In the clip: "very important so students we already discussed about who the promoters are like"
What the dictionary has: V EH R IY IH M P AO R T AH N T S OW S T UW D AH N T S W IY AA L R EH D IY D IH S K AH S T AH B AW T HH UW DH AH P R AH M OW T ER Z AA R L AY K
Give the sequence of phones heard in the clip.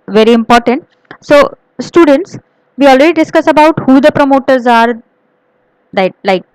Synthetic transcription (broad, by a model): V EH R IY IH M P AO R T AH N T S OW S T UW D AH N T S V IY AA L R EH D IY D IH S K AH S AH B AW T HH UW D AH P R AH M OW T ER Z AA R L AY K